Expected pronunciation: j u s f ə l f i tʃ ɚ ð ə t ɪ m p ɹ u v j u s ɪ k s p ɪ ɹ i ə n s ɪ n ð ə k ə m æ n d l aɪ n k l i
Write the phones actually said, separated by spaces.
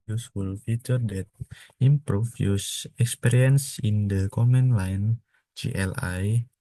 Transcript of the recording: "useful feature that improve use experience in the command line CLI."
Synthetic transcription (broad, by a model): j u s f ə l f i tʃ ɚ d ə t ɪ m p ɹ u f j u s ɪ k s p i ɹ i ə n s ɪ n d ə k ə m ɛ n l aɪ n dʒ l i